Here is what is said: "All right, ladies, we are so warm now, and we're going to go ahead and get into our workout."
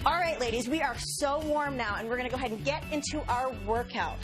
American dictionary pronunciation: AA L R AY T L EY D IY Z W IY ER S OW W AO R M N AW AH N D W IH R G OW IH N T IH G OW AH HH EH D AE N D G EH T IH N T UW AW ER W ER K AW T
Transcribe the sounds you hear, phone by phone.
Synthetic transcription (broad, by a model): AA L R AY T L EY D IY Z W IY ER S OW W AO R M N AW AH N W IH R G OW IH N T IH G OW AH HH EH D N G EH T IH N T UW AW ER W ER K AW T